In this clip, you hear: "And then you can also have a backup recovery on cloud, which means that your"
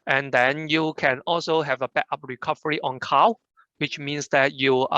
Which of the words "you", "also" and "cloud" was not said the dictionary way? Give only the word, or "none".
cloud